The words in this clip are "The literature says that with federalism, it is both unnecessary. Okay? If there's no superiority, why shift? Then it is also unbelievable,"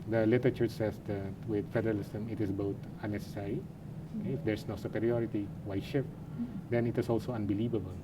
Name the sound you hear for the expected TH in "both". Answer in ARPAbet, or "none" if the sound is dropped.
T